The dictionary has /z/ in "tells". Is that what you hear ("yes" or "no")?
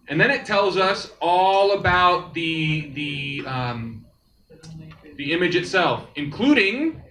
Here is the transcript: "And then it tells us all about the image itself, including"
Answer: yes